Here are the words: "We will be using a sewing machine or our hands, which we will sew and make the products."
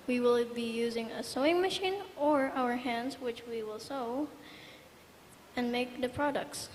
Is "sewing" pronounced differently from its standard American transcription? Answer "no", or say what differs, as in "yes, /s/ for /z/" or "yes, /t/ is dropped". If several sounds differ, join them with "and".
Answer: no